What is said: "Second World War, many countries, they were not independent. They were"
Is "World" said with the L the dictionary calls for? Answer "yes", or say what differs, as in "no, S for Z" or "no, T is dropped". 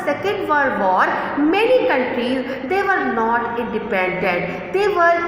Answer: no, L is dropped